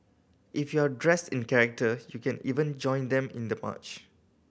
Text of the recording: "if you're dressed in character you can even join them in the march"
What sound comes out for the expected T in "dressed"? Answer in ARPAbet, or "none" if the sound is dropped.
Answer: T